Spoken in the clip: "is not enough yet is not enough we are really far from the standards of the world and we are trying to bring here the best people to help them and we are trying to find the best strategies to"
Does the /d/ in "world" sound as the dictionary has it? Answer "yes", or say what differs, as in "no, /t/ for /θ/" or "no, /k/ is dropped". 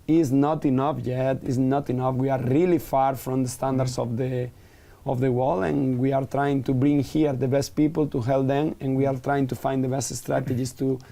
no, /d/ is dropped